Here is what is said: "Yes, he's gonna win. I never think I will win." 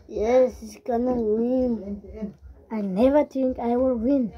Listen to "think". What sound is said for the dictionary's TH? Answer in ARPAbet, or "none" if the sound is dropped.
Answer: T